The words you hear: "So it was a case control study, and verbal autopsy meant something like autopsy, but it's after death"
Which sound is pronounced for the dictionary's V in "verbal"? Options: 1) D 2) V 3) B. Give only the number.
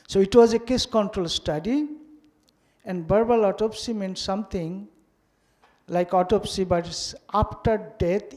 3